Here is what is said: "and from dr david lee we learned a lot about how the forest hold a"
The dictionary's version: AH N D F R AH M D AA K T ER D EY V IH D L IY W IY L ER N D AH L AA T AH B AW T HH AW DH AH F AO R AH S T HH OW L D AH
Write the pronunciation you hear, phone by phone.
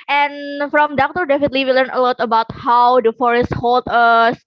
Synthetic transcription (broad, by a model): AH N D F R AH M D AA K T ER D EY F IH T L IY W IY L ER N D AH L AA T AH B AW T HH AW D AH F AO R AH S T HH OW L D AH